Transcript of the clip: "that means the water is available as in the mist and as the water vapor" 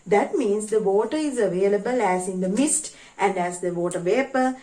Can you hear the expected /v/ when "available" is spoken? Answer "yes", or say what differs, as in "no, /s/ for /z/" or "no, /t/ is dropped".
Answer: yes